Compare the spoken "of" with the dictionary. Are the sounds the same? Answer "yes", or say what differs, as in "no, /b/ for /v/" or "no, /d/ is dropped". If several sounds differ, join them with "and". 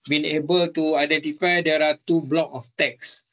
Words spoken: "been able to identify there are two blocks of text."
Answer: no, /f/ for /v/